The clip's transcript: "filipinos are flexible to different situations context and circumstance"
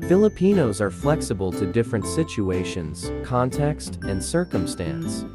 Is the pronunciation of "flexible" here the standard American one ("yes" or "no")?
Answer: yes